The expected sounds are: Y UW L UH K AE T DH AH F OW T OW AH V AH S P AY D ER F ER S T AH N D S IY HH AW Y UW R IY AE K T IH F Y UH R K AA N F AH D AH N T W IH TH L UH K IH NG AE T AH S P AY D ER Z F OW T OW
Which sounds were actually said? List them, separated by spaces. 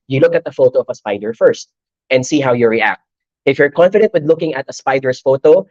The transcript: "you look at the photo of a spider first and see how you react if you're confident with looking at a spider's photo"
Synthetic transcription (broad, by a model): Y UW L UH K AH T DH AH F OW T OW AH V AH S P AY D ER F ER S T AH N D S IY HH AW Y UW R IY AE K T IH F Y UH R K AA N F AH D AH N T W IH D L UH K IH NG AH T AH S P AY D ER S F OW T OW